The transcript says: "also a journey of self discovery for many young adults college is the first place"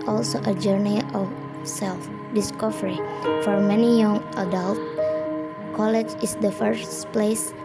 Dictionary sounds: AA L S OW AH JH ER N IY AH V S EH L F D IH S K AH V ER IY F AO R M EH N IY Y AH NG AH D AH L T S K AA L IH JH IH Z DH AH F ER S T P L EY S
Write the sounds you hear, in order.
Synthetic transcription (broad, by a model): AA L S OW AH JH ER N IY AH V S EH L F D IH S K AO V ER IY F AO R M EH N IY Y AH NG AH D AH L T K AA L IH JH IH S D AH F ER S P L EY S